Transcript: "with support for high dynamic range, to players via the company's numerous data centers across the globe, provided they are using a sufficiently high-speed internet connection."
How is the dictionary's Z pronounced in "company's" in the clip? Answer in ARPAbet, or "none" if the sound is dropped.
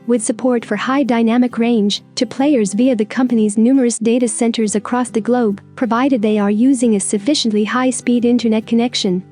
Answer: Z